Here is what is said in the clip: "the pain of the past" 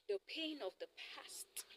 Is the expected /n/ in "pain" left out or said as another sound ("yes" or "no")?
no